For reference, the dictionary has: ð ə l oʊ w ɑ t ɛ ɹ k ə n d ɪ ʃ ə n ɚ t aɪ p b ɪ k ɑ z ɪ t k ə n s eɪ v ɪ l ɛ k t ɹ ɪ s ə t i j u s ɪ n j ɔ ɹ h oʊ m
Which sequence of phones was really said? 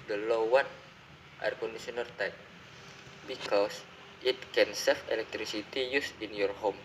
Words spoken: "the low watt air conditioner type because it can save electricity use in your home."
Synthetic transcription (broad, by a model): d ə l oʊ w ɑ t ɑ ɹ k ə n d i s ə n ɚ t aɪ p b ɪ k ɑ s ɪ t k ə n s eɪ f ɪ l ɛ k t ɹ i s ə t i j u s ɪ n j ɔ ɹ h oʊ m